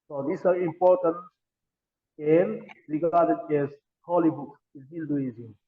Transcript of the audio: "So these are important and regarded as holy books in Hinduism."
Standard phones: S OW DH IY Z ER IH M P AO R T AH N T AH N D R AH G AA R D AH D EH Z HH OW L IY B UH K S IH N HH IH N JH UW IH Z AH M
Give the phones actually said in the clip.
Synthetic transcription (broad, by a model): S OW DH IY S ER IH M P AO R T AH N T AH N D R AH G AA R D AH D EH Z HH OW L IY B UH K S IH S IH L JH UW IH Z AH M